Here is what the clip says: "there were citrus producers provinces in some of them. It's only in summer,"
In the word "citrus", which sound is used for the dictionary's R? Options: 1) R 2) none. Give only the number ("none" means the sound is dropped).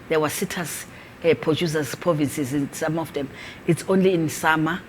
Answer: 2